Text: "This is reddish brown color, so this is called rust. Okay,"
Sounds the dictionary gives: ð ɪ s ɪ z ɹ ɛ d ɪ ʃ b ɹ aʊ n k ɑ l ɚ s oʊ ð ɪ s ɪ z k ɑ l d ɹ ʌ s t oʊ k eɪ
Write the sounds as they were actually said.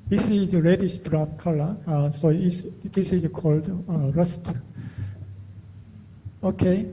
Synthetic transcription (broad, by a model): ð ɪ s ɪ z ɹ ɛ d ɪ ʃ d ɹ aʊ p k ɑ l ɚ s oʊ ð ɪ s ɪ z k ɑ l d ɹ ʌ s t oʊ k eɪ